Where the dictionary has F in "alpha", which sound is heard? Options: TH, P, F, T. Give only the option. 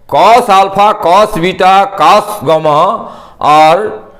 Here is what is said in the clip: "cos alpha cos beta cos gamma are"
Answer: P